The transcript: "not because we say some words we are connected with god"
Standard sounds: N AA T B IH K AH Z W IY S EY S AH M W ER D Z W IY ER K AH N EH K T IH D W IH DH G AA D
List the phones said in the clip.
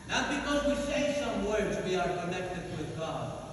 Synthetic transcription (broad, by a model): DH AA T B IH K AH Z W IY S EY S AH M W ER D Z W IY ER K AH N EH K T IH D W IH DH G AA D